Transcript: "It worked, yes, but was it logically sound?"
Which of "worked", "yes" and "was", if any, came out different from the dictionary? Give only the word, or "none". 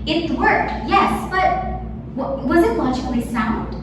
none